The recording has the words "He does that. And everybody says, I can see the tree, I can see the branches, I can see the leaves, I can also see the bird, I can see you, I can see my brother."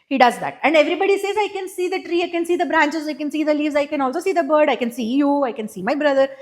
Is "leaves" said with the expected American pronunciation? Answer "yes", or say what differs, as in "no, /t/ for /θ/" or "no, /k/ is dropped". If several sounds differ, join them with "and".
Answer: yes